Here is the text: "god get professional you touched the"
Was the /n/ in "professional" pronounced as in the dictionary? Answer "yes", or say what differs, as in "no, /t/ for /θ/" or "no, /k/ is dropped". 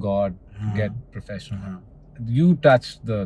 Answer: no, /n/ is dropped